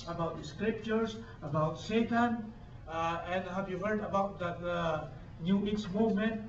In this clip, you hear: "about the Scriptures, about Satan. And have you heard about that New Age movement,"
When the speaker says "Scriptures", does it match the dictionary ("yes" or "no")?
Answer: no